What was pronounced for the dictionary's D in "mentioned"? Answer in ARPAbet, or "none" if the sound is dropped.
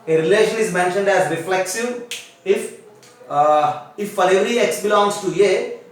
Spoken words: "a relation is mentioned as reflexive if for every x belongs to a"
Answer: D